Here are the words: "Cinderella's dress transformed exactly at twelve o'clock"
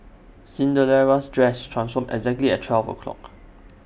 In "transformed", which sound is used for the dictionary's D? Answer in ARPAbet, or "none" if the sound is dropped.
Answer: none